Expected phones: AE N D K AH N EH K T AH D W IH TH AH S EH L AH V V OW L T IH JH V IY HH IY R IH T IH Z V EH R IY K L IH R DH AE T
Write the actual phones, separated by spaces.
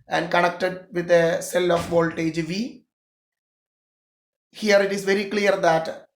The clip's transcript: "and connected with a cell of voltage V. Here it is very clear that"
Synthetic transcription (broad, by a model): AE N D K AH N EH K T AH D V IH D AH S EH L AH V V OW L T IH JH V IY HH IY R IH T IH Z V EH R IY K L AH R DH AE T